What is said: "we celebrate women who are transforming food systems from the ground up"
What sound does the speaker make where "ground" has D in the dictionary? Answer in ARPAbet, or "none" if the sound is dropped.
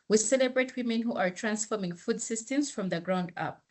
D